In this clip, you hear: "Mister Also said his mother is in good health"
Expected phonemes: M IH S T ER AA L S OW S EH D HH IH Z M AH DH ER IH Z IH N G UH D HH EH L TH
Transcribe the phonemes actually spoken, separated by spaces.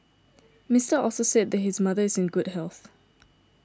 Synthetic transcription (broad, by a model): M IH S T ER AA L S OW S EH D HH IH Z M AH DH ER IH Z IH N G UH D HH EH L TH